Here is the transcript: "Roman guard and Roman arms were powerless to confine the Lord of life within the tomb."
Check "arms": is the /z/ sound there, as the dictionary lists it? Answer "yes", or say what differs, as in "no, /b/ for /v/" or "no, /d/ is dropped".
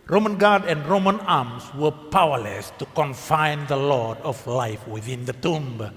no, /s/ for /z/